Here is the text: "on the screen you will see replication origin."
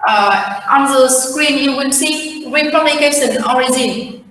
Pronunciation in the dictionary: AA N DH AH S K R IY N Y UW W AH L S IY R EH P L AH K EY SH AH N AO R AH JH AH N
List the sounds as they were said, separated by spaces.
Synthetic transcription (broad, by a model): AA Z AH S K R IY N Y UW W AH N S IY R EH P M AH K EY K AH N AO R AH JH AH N